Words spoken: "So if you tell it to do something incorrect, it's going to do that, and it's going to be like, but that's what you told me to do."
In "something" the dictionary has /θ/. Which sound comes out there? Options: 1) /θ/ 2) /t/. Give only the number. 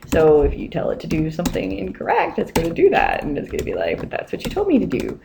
1